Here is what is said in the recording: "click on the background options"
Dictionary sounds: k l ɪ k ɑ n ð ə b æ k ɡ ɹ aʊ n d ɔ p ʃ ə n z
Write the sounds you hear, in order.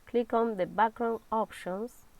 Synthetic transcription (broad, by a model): k l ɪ k ɑ n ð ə b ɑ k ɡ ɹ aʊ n ɔ p ʃ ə n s